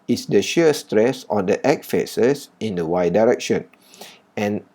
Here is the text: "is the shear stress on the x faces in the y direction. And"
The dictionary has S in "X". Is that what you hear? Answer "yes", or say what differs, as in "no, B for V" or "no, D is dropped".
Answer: no, S is dropped